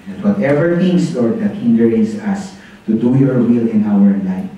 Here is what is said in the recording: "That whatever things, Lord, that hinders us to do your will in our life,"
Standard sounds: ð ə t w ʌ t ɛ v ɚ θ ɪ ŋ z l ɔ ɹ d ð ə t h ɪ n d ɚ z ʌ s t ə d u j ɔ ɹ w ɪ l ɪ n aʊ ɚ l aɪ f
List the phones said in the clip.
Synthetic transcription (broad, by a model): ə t w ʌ t ɛ v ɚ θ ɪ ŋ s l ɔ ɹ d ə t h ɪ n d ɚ s ʌ s t ə d u j ɔ ɹ w ɪ l ɪ n aʊ ɚ l aɪ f